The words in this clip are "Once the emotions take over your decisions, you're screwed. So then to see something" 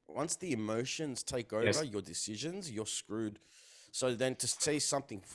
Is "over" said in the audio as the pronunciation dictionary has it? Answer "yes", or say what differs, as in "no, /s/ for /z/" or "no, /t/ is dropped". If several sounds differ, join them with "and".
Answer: yes